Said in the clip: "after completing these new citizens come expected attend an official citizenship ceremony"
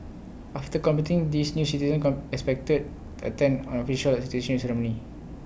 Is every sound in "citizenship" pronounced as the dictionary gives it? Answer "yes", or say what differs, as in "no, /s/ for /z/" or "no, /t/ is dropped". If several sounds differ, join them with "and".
no, /ʃ/ is dropped